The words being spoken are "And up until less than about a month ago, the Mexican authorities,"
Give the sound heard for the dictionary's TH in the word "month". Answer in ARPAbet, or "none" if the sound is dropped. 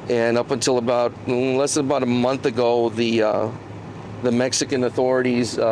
TH